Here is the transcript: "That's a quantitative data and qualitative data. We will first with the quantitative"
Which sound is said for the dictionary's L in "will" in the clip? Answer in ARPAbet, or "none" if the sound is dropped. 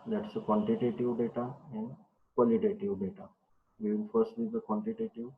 N